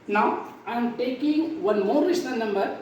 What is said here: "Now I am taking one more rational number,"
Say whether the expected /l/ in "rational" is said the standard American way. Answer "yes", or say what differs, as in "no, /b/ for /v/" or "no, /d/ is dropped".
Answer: no, /n/ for /l/